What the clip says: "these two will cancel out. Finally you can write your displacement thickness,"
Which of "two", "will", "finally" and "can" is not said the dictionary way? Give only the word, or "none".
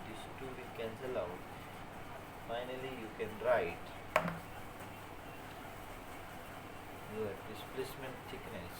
will